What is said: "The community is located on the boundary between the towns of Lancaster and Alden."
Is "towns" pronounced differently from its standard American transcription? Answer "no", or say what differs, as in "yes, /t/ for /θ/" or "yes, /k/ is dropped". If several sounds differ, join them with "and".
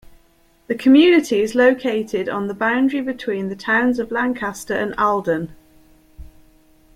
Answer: no